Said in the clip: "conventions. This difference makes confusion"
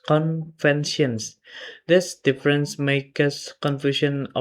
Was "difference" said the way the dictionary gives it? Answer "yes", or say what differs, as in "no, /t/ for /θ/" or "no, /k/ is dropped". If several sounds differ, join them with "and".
yes